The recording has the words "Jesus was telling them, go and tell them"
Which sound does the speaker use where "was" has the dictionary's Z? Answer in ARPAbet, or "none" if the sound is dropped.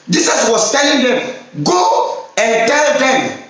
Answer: S